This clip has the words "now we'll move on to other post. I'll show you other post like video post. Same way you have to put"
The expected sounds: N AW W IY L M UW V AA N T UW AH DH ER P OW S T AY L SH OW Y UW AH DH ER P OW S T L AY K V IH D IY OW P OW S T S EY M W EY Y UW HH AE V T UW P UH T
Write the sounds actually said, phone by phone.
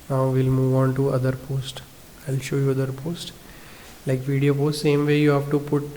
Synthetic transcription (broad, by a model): N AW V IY L M UW V AA N T UW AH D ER P OW S T AY L SH OW Y UW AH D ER P OW S T L AY K V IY D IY OW P OW S T S EY M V EY Y UW HH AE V T UW P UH T